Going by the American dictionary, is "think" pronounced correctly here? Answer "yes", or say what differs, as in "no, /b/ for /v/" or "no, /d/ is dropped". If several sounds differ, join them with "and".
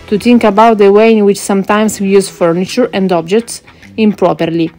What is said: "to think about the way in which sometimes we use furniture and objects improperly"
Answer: no, /t/ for /θ/